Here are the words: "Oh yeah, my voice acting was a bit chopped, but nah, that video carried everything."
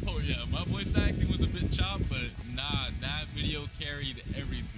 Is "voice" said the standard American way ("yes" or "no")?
no